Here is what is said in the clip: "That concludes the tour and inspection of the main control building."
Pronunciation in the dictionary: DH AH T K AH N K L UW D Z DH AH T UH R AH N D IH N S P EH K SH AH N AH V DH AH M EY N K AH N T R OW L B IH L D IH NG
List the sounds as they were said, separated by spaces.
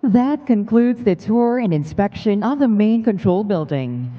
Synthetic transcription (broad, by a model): DH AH T K AH N K L UW D Z DH AH T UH R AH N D IH N S P EH K SH AH N AH V DH AH M EY N K AH N T R OW L B IH L D IH NG